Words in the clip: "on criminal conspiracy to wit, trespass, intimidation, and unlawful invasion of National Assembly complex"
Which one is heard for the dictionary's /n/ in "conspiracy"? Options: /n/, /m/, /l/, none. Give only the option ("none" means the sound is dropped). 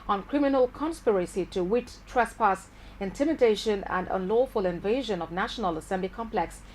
/n/